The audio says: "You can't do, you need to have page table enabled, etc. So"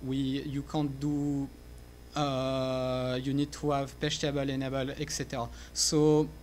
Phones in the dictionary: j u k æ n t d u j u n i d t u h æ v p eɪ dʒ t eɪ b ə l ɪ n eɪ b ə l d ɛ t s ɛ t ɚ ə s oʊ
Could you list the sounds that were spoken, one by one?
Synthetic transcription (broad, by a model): j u k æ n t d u j u n i d t u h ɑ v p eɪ ʃ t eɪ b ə l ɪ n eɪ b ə l ɛ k s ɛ t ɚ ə s oʊ